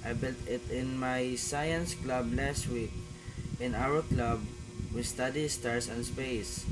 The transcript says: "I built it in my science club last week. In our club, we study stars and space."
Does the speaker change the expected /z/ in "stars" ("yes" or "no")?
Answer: yes